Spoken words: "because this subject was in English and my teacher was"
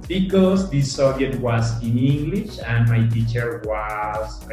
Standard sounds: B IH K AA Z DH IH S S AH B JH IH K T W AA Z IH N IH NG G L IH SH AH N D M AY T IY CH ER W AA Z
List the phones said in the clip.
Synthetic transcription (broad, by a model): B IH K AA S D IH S S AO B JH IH T W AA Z IH N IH NG G L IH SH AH N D M AY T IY CH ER W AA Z